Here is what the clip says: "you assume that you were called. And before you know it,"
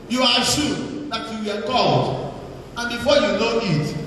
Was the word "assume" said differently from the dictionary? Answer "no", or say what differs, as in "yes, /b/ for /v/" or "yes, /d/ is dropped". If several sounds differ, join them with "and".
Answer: yes, /ʃ/ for /s/